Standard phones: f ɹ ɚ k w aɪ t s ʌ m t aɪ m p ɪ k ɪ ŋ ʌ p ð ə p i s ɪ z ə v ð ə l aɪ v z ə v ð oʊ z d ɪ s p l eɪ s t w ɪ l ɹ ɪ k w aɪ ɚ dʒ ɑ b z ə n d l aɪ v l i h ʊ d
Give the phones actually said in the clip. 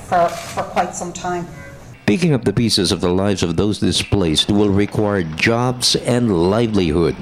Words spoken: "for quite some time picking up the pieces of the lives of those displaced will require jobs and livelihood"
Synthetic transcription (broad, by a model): f ɹ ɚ k w aɪ t s ʌ m t aɪ m p ɪ k ɪ ŋ ʌ p ð ə p i s ɪ z ə v ð ə l aɪ v z ə v ð oʊ z d ɪ s p l eɪ s t w ɪ l ɹ ɪ k w aɪ ɚ dʒ ɑ b z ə n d l aɪ v l i h ʊ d